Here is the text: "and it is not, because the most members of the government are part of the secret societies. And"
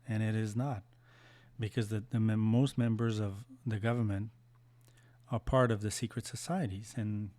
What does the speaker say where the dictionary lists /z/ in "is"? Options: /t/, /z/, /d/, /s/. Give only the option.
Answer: /z/